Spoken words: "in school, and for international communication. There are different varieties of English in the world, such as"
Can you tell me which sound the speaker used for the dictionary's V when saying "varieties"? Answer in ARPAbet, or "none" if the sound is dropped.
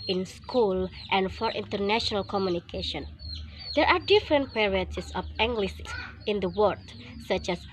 P